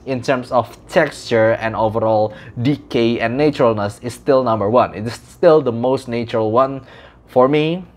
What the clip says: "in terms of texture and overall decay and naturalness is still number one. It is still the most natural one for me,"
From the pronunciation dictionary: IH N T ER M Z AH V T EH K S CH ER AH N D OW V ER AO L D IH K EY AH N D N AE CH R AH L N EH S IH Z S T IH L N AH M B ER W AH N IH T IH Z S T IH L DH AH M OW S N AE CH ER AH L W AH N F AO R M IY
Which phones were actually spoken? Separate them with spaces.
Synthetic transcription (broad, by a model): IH N T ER M S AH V T EH K S CH ER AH N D OW V ER AO L D IH K EY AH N N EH CH R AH L N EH S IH S T IH L N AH M B ER W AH N IH T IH S T IH L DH AH M OW S N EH CH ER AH L W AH N F AO R M IY